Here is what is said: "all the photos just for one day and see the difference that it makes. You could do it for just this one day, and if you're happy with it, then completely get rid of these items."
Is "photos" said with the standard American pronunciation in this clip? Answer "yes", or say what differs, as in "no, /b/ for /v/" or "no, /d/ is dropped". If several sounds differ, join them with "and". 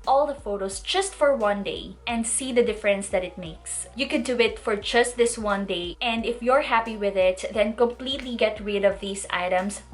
no, /s/ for /z/